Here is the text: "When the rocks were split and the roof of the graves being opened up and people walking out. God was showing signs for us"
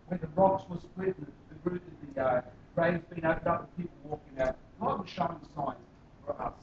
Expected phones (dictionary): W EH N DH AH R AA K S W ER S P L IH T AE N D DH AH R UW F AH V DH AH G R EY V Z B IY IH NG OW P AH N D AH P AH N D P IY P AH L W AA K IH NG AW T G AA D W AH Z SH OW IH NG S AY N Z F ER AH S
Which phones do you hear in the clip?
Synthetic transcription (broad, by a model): W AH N DH AH R AA K S W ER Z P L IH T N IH DH AH R UW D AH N DH AH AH R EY Z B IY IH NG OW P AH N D AH P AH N P IY P L W AA K IH NG AW T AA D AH SH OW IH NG S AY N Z F ER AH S